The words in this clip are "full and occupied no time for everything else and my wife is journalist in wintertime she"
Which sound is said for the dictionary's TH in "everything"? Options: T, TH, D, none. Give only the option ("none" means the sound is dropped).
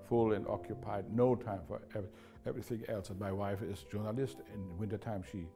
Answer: TH